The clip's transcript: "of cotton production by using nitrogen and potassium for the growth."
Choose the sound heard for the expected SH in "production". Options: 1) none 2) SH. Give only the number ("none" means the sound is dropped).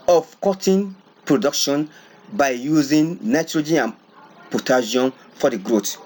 2